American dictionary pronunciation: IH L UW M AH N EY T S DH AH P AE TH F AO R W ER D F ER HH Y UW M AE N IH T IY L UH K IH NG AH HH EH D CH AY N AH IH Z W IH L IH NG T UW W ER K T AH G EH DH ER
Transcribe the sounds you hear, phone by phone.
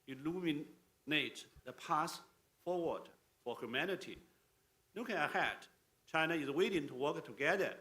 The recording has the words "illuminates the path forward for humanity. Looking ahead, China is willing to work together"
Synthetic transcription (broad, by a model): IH L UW M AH N EY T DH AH P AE S F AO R W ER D F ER HH Y UW M AE N IH T IY N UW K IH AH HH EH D CH AY N AH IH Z W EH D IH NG T UW W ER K T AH G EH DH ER